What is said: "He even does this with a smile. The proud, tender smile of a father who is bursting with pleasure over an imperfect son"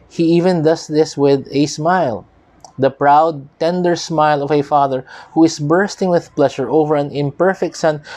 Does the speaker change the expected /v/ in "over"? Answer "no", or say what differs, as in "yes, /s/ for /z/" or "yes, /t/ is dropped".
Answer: no